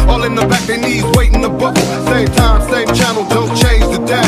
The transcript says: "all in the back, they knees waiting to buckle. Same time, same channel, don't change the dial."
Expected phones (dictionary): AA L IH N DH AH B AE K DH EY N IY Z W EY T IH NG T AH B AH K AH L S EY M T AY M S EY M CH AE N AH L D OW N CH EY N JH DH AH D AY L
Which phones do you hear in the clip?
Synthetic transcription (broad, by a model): AA L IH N DH AH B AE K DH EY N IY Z W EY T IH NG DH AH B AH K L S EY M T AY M S EY M CH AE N L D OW L CH EY N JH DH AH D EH